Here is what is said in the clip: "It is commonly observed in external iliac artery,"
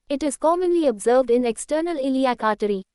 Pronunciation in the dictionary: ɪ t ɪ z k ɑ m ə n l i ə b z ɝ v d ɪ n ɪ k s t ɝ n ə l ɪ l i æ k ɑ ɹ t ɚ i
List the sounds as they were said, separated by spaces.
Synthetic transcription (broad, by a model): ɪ t ɪ z k ɑ m ə n l i ə b z ɝ v d ɪ n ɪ k s t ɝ n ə l ɪ l i æ k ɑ t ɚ i